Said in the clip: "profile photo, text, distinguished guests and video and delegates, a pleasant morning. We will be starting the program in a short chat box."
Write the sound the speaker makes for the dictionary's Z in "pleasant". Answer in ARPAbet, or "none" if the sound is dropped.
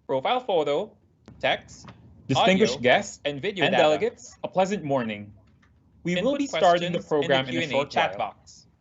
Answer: Z